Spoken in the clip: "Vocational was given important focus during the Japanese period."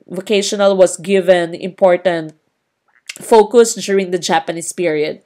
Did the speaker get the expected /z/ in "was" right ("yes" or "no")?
no